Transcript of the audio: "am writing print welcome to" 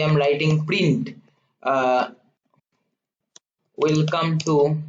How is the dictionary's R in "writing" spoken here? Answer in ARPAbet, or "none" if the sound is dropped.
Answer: L